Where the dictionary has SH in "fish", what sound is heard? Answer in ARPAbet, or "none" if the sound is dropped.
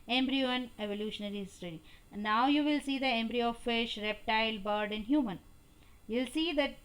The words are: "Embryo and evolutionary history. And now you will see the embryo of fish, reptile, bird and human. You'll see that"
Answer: SH